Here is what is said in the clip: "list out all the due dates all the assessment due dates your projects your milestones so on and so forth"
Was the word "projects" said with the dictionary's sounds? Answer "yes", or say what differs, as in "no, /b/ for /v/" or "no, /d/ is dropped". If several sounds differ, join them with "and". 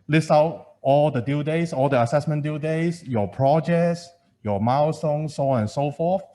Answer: yes